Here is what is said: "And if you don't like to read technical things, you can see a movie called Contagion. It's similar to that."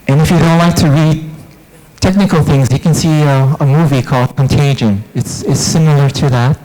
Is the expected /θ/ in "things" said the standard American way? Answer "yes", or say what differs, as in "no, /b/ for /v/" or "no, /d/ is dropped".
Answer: yes